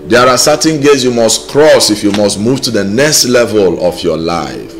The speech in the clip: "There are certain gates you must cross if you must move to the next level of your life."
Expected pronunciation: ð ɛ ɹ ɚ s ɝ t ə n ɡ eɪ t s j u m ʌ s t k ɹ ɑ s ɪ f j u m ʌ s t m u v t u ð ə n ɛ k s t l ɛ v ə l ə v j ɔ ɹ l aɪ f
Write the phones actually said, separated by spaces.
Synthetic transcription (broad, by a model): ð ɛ ɹ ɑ s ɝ t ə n ɡ eɪ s j u m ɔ s t k ɹ ɑ s ɪ f j u m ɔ s t m u v t u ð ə n ɛ k s t l ɛ v ə l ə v j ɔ l aɪ f